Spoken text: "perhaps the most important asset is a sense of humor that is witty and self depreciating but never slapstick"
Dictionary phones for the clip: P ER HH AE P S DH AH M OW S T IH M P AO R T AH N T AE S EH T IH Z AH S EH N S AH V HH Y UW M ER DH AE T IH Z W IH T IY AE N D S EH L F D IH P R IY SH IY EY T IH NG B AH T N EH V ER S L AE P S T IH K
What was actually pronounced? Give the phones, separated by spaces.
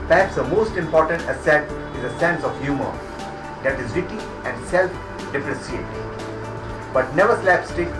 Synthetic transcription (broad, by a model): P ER HH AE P S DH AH M OW S T IH M P AO R T AH N T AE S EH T IH Z AH S EH N S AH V HH Y UW M ER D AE T IH Z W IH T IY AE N D S EH L F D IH F R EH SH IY EY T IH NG B AH T N EH V ER S L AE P S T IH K